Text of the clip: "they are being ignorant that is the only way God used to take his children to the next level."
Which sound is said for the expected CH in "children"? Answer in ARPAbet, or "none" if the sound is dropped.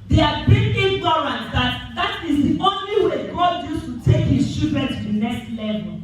SH